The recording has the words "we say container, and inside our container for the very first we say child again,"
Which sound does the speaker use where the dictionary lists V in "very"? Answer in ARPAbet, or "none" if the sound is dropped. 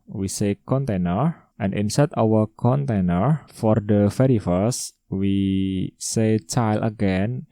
F